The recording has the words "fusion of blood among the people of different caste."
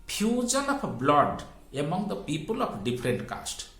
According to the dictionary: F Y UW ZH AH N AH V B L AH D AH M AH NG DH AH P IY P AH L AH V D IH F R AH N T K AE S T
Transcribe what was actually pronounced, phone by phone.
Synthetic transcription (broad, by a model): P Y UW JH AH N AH P B L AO D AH M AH NG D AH P IY P AH L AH P D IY P R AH N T K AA S T